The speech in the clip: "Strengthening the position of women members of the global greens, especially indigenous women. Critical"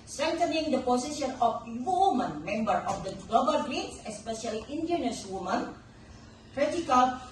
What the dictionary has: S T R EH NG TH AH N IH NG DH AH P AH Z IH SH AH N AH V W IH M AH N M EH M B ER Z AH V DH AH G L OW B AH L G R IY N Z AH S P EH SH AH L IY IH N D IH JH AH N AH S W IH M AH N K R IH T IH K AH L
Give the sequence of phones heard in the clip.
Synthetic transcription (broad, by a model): S T R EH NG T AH N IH NG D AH P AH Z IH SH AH N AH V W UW M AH N M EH M B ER AH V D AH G L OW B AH L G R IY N S AH S P EH SH AH L IY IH N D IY AH N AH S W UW M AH N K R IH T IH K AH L